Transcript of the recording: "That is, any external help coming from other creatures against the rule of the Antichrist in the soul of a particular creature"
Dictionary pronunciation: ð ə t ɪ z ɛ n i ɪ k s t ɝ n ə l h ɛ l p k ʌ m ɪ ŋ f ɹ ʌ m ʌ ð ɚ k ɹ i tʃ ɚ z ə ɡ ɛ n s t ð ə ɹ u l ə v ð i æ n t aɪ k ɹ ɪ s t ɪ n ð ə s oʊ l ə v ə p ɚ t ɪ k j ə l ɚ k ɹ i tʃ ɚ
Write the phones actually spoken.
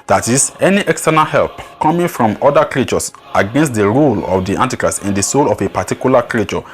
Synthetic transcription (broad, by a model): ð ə t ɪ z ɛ n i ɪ k s t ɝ n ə l h ɛ l p k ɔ m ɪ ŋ f ɹ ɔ m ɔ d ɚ k ɹ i tʃ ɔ s ə ɡ ɛ n s t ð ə ɹ u l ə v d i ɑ n t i k ɹ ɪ s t ɪ n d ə s oʊ l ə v ə p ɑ t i k j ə l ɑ k ɹ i tʃ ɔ